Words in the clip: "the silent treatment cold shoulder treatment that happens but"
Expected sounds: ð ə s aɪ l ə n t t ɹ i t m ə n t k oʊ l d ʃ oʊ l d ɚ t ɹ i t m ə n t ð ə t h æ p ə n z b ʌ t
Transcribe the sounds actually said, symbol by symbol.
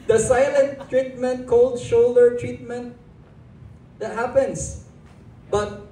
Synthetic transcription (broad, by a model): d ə s aɪ l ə n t t ɹ i t m ə n t k oʊ l d ʃ oʊ l d ɚ t ɹ i t m ə n t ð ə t h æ p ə n s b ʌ t